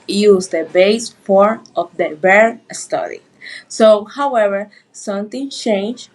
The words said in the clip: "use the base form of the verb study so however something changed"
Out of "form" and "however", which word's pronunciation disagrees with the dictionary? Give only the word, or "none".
form